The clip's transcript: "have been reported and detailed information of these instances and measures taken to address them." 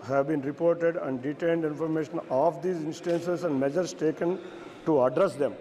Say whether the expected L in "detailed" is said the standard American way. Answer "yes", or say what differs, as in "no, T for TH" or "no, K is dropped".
no, N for L